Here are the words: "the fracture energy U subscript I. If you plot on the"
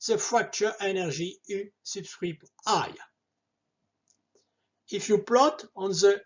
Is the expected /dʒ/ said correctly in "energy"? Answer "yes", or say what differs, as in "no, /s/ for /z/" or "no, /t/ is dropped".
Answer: no, /ʒ/ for /dʒ/